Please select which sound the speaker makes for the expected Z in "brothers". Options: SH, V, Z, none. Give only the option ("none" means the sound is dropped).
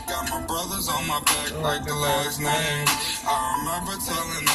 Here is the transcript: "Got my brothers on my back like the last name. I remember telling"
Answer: Z